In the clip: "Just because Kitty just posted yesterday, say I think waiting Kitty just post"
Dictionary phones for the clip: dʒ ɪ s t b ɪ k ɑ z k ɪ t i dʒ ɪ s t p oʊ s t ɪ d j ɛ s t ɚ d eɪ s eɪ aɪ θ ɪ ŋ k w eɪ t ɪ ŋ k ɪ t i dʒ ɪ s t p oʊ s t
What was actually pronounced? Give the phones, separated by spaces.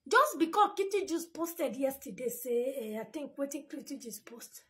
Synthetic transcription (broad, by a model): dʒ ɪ s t b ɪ k ɑ k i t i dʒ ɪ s p oʊ s t ɪ d j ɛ s t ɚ d eɪ s eɪ aɪ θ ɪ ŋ k w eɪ t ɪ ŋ k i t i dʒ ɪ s p oʊ s t